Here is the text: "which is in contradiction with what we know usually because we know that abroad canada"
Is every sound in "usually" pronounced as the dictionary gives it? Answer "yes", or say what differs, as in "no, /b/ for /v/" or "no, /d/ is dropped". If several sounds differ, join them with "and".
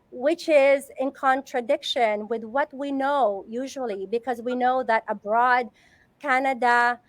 yes